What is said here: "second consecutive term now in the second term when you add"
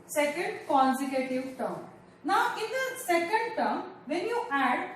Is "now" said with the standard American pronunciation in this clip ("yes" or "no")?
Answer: yes